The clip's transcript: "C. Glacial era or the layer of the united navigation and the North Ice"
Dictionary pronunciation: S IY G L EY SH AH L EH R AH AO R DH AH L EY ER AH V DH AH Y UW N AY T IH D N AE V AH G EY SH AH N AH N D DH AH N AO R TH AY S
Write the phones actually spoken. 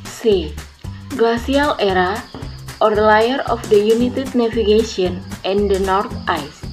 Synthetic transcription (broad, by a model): S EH G L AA S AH L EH R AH AO R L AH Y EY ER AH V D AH Y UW N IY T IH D N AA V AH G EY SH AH N AH N D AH N AO R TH AY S